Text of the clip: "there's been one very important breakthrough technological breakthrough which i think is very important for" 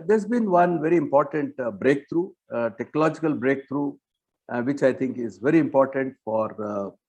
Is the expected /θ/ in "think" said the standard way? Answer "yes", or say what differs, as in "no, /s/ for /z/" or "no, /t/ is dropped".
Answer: no, /t/ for /θ/